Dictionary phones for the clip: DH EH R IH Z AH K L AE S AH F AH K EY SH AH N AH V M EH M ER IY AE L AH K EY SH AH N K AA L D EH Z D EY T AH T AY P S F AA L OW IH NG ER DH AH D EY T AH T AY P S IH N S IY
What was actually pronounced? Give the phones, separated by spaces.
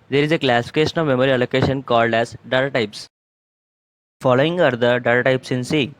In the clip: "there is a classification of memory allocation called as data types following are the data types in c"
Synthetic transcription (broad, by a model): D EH R IH Z AH K L AE S AH F AH K EY SH AH N AH V M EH M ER IY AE L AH K EY SH AH N K AA L D EH Z D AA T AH T AY P S F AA L OW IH NG ER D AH D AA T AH T AY P S IH N S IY